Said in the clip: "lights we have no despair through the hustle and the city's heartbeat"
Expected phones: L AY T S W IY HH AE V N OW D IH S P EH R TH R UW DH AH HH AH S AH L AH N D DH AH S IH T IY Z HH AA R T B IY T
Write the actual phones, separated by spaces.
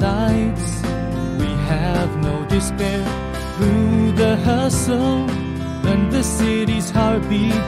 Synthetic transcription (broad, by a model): AY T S W IY HH AE V N OW D IH S P EH R TH R UW DH AH HH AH S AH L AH N DH AH S IH T IY Z HH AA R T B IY